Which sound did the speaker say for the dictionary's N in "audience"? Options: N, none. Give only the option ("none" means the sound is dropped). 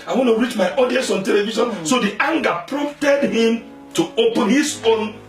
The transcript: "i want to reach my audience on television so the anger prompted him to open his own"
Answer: none